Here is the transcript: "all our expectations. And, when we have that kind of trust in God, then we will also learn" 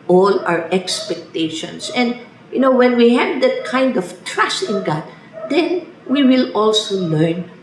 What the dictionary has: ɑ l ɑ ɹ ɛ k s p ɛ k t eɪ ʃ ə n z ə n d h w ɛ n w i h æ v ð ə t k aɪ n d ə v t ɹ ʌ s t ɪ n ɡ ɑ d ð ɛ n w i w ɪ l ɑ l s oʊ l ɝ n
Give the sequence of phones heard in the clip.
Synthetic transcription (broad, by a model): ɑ l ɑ ɹ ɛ k s p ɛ k t eɪ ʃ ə n s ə n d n w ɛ n w i h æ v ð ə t k aɪ n d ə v t ɹ ʌ s t ɪ n ɡ ɑ d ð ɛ n w i w ɪ l ɑ l s oʊ l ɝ n